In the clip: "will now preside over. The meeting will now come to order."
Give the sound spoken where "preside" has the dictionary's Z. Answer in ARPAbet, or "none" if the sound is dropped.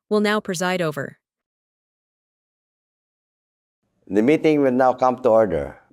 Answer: Z